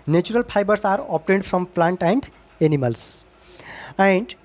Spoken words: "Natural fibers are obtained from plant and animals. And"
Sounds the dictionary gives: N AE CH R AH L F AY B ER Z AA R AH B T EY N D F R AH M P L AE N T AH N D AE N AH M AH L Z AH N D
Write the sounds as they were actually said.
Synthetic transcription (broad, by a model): N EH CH R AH L P AY B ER S AA R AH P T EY N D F R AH M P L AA N T AH N D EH N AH M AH L S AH N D